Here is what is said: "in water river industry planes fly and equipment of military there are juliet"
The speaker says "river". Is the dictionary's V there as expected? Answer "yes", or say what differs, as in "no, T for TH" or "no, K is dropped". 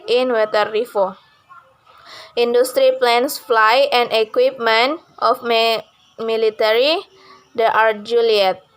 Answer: no, F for V